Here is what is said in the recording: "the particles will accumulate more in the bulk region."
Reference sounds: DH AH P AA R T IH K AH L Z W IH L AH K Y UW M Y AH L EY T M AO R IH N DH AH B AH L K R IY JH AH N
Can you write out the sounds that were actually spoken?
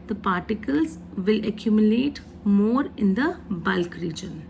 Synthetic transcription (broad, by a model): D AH P AA R T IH K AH L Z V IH L AH K Y UW M Y AH L EY T M AO R IH N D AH B AH L K R IY JH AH N